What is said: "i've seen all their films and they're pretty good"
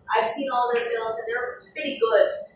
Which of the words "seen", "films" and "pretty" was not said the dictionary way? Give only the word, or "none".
none